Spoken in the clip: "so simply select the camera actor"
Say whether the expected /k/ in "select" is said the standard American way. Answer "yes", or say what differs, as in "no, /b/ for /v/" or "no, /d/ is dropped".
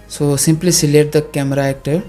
no, /k/ is dropped